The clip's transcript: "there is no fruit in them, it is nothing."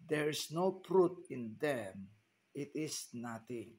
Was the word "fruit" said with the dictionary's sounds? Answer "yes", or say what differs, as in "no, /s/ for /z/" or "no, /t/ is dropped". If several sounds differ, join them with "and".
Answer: no, /p/ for /f/